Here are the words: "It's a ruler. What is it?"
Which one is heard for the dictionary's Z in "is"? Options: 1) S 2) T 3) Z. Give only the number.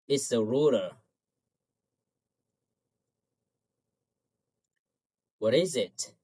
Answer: 3